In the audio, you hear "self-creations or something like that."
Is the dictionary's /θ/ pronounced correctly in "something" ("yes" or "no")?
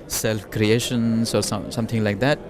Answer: no